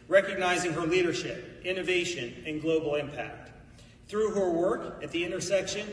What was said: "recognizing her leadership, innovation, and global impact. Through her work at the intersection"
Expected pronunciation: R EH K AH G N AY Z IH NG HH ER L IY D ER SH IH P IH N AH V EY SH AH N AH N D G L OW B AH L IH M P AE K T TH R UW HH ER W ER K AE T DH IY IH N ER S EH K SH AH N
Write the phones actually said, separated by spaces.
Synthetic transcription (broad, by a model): R EH K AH G N AY Z IH NG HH ER L IY D ER SH IH P IH N AH V EY SH AH N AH N G L OW B L IH M P AE K T TH R UW HH ER W ER K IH T DH IY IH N ER S EH K SH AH N